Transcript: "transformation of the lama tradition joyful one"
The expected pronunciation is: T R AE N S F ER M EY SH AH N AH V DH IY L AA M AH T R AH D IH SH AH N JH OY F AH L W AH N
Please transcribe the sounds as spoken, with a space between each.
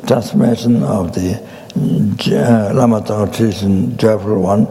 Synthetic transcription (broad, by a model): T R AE N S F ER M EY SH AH N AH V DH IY L AA M AH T AH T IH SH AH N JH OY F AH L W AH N